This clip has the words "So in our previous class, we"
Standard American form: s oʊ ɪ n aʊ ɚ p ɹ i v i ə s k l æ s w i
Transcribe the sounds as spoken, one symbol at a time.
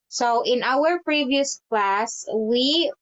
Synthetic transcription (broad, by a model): s oʊ ɪ n aʊ ɚ p ɹ i v i ə s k l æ s w i